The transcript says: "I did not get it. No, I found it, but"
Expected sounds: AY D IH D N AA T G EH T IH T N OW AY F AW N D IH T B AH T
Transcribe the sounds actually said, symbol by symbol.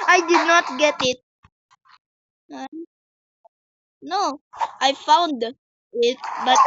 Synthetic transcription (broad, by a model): AY D IH D N AA T G EH T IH T N OW AY F AW N D IH T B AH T